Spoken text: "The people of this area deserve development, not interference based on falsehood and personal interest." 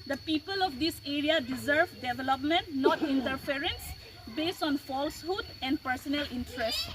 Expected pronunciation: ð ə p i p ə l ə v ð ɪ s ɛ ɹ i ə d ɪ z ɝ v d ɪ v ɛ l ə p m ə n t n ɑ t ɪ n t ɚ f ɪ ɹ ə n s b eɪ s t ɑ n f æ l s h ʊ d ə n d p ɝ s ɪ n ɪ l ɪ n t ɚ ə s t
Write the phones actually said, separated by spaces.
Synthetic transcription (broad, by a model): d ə p i p ə l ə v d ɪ s ɛ ɹ i ə d ɪ z ɝ v d ɪ v ɛ l ə p m ə n t n ɑ t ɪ n t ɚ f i ɹ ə n s b eɪ s t ɑ n f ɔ l s h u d ə n d p ɝ s ɪ n ɪ l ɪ n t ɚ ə s t